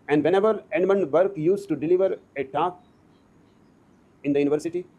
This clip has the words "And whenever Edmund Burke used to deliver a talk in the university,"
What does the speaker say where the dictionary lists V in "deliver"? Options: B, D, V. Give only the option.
V